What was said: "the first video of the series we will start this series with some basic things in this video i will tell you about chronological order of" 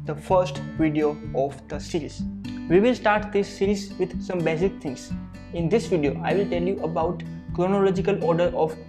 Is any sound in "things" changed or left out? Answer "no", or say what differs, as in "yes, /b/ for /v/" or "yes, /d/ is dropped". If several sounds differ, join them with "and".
yes, /t/ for /θ/